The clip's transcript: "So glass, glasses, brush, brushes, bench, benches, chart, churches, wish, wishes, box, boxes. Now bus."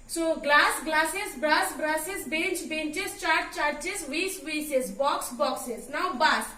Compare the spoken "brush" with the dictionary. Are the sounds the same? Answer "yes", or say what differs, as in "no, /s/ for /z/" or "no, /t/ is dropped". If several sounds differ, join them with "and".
no, /s/ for /ʃ/